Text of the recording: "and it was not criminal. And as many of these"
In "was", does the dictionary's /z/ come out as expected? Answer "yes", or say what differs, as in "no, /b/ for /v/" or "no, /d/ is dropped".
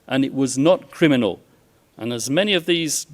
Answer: yes